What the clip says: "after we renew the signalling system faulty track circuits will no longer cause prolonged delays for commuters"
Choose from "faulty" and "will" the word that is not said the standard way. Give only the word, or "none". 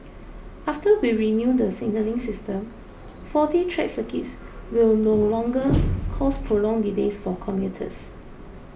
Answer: faulty